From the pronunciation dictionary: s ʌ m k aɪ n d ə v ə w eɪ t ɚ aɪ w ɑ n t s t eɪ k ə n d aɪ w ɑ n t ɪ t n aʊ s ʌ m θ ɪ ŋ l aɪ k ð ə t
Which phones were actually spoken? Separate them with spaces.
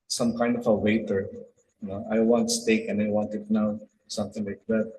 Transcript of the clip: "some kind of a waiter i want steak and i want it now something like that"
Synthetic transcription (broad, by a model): s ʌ m k aɪ n d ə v ə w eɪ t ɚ aɪ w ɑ n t s t eɪ k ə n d aɪ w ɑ n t ɪ t n aʊ s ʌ m t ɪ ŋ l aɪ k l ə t